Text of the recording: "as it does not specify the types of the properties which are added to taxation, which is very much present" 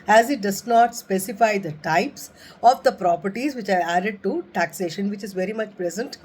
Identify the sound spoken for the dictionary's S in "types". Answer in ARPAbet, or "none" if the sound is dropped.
S